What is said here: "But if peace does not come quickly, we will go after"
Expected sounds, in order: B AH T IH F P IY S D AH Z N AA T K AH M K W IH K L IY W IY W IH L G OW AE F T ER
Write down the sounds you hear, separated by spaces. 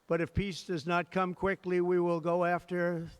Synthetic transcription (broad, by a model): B AH T IH F P IY S D AH Z N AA T K AH M K W IH K L IY W IY W IH L G OW AE F T ER